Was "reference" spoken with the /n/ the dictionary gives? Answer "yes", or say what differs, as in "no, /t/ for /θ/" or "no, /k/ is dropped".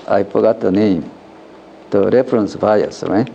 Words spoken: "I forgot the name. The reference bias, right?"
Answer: yes